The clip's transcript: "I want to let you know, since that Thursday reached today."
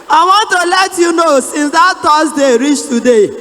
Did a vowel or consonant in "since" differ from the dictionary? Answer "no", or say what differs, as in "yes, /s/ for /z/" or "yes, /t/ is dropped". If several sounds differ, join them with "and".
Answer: no